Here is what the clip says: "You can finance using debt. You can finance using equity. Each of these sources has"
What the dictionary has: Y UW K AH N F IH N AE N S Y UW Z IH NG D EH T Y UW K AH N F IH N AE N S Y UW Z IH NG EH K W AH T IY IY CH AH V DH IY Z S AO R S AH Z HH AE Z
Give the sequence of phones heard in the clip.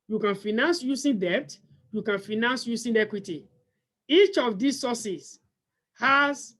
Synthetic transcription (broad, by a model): Y UW K AH N F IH N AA N S Y UW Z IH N D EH T Y UW K AH N F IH N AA N S Y UW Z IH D EH K W AH T IY IY CH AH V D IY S AO S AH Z HH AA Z